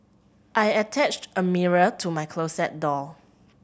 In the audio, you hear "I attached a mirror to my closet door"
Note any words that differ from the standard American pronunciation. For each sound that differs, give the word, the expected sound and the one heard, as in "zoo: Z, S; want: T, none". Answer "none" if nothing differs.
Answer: closet: Z, S; door: R, L